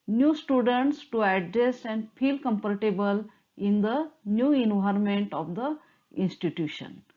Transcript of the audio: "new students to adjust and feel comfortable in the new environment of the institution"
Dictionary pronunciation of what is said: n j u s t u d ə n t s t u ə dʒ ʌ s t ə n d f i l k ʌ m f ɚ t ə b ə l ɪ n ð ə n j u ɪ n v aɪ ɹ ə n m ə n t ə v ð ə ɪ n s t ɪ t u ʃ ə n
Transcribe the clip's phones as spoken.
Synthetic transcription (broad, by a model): n j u s t u d ə n t s t u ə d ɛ s ə n d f i l k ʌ m p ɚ t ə b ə l ɪ n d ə n j u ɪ n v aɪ ɹ m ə n t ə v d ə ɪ n s t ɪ t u ʃ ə n